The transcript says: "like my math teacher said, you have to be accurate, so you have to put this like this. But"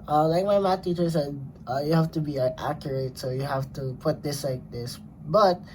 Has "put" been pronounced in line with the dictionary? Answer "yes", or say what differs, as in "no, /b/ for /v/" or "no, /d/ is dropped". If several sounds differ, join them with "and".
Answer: yes